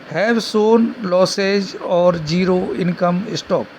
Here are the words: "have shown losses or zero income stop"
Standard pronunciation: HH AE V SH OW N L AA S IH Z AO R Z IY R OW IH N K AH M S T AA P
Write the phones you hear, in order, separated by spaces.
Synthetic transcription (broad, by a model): HH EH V S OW N L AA S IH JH AO R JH IY R OW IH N K AH M S T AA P